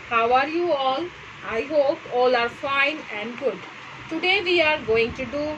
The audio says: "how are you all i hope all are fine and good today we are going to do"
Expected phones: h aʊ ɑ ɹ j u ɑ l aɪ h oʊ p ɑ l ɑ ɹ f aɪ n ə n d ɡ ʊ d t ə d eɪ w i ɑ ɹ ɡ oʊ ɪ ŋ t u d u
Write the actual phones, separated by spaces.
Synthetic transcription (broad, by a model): h aʊ ɑ ɹ j u ɑ l aɪ h oʊ p ɑ l ɑ ɹ f aɪ n ə n d ɡ ʊ d t ə d eɪ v i ɑ ɹ ɡ oʊ ɪ ŋ t u d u